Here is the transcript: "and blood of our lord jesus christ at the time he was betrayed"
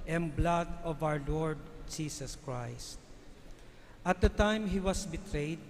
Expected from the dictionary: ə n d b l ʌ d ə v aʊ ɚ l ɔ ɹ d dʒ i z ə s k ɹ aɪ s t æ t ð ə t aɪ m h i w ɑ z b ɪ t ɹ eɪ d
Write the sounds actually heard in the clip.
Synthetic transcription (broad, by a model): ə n b l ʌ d ə v aʊ ɚ l ɔ ɹ d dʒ i s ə s k ɹ aɪ s t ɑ t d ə t aɪ m h i w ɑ s b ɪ t ɹ eɪ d